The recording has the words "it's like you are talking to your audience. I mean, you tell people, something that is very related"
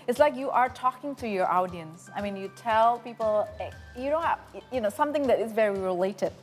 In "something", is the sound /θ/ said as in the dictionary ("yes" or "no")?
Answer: yes